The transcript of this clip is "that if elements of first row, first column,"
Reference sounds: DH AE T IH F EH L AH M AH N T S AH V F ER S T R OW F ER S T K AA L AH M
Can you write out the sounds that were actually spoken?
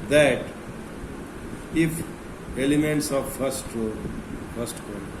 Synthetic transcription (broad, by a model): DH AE T IH F EH L AH M AH N T S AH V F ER S T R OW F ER S T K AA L